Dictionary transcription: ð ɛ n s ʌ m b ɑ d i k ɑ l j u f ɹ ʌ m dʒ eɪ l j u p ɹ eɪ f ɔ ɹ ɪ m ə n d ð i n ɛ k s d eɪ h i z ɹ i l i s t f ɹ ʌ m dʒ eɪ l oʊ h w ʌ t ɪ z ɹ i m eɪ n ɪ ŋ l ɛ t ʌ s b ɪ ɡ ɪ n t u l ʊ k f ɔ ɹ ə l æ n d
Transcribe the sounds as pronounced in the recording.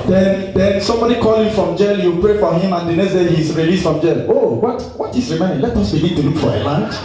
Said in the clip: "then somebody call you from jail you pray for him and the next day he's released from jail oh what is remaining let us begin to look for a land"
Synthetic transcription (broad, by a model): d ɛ n s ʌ m b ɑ d i k ɑ l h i f ɹ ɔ m dʒ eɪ l j u p ɹ eɪ f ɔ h ɪ m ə n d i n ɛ s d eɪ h i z ɹ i l i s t f ɹ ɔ m dʒ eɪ l oʊ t w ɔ t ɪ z ɹ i m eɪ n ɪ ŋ l ɛ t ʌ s b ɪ ɡ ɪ n t u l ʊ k f ɔ ɹ ə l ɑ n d